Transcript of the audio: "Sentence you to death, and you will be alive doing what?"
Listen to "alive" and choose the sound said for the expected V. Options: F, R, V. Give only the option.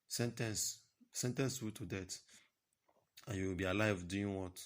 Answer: V